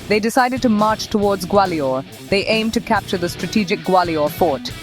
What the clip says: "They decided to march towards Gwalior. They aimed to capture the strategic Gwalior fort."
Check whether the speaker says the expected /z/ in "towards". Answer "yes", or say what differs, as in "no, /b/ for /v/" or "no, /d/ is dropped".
yes